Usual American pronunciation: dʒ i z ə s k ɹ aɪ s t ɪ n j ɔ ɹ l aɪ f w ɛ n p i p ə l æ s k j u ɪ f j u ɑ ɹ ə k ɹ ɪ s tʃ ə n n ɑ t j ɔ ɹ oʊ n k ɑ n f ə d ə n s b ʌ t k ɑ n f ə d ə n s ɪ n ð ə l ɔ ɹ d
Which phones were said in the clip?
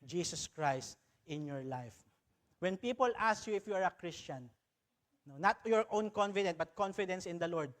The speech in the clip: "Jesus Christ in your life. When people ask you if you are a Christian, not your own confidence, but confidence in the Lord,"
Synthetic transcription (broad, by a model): dʒ i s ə s k ɹ aɪ s t ɪ n j ɔ ɹ l aɪ f w ɛ n p i p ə l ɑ s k j u ɪ f j u ɑ ɹ ə k ɹ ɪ s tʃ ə n n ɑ t j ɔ ɹ oʊ n k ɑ n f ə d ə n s b ʌ t k ɑ n f ə d ə n s ɪ n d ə l ɔ ɹ d